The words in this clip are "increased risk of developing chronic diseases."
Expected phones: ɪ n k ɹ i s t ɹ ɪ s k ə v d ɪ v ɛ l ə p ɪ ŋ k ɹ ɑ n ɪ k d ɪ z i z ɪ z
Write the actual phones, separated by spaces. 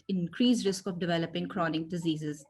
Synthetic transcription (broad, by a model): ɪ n k ɹ i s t ɹ ɪ s k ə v d ɪ v ɛ l ə p ɪ ŋ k ɹ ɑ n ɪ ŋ d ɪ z i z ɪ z